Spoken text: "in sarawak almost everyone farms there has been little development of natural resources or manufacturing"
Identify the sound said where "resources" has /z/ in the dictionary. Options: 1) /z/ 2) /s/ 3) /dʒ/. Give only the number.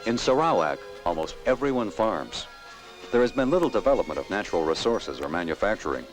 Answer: 1